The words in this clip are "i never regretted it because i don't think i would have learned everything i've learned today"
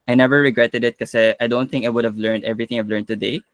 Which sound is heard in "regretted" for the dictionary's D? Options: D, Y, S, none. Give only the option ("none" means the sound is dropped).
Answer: D